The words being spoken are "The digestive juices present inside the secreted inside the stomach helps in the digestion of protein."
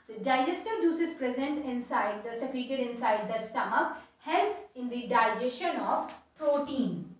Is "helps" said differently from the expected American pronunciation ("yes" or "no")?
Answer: yes